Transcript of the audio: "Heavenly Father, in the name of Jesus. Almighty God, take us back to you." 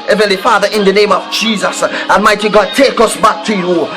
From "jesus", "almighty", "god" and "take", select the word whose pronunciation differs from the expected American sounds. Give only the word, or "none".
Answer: almighty